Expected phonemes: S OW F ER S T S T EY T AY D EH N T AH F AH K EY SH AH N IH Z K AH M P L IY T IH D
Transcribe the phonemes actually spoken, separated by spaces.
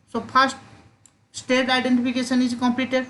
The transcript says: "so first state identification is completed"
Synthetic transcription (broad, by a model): S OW P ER S T S T EY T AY D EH N T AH P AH K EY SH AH N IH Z K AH M P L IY T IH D